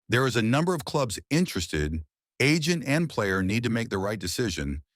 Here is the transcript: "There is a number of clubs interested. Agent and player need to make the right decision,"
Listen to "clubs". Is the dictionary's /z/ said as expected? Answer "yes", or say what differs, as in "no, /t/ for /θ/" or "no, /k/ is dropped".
yes